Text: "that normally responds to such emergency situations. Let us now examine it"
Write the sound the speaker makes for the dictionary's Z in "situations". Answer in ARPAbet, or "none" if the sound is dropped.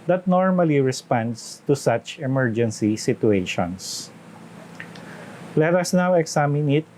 S